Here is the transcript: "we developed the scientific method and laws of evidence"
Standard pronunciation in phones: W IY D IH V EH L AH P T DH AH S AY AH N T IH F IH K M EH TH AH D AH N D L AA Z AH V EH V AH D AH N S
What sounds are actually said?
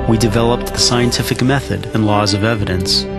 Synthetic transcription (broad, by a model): W IY D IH V EH L AH P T DH AH S AY AH N T IH F IH K M EH TH AH D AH N L AA Z AH V EH V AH D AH N S